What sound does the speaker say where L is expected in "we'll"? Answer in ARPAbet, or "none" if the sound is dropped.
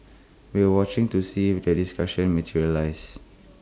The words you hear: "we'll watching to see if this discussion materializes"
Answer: W